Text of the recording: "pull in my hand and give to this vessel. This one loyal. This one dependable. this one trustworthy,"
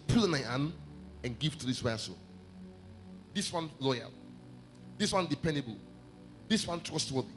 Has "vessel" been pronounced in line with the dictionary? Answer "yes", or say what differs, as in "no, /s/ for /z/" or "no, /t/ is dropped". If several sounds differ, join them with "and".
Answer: no, /w/ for /v/